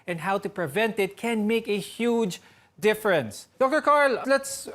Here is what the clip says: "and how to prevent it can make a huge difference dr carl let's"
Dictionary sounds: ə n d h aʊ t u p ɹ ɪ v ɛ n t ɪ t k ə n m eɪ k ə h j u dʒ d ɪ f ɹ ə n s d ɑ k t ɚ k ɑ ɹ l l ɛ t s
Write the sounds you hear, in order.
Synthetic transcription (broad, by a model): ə n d h aʊ t u p ɹ ɪ v ɛ n t ɪ t k ə n m eɪ k ə h j u dʒ d ɪ f ɹ ə n s d ɑ k t ɚ k ɑ ɹ l l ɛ t s